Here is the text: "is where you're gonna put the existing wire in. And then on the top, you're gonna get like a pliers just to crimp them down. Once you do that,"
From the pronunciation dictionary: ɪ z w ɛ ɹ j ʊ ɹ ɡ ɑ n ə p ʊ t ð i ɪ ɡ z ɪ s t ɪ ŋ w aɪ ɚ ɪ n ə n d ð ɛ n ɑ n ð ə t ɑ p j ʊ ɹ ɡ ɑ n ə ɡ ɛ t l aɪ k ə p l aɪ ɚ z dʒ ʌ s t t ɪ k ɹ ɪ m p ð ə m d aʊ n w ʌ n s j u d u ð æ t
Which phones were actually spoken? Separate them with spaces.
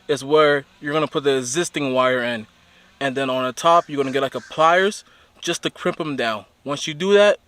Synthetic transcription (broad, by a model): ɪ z w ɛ ɹ j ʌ ɹ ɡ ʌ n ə p ʊ t ð i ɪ ɡ z ɪ s t ɪ ŋ w aɪ ɚ ɪ n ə n ð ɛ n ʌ n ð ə t ɑ p j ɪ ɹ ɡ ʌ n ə ɡ ɛ t l aɪ k ə p l aɪ ɚ z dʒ ʌ s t t ɪ k ɹ ɪ m p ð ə m d aʊ n w ʌ n s j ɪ d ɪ ð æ t